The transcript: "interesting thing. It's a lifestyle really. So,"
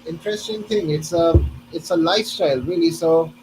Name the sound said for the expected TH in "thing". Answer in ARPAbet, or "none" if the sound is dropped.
T